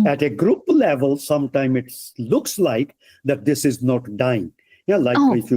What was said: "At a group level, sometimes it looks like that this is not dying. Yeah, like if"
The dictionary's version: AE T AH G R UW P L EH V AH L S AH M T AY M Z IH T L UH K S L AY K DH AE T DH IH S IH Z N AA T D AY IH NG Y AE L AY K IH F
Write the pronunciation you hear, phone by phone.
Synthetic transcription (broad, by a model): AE T AH G R UW P L EH V AH L S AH M T AY M IH T L UH K S L AY K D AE T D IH S IH Z N AA T D AY IH NG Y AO L AY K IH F